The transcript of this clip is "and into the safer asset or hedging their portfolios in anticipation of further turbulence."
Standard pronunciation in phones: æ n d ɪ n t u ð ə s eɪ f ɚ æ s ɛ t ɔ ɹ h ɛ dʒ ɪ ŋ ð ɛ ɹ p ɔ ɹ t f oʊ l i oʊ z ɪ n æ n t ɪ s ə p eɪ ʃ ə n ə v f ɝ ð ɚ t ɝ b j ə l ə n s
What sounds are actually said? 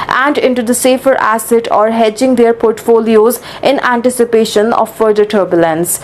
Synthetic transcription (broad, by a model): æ n d ɪ n t u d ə s eɪ f ɚ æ s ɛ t ɔ ɹ h ɛ dʒ ɪ ŋ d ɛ ɹ p ɔ ɹ t f oʊ l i oʊ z ɪ n æ n t ɪ s ə p eɪ ʃ ə n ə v f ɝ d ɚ t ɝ b j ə l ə n s